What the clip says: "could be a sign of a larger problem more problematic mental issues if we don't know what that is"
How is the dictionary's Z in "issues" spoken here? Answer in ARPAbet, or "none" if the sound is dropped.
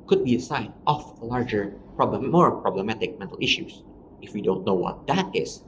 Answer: S